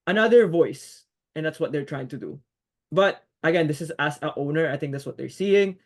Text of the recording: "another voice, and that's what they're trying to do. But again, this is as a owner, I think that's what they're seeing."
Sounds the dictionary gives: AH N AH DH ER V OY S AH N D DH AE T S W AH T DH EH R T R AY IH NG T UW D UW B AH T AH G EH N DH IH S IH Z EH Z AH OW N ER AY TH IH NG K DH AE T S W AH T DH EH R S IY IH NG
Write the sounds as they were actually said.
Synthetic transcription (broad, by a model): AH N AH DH ER V OY S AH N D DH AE T S W AH T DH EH R T R AY IH NG T UW D UW B AH T AH G EH N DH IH S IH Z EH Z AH OW N ER AY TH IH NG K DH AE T S W AH T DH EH R S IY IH NG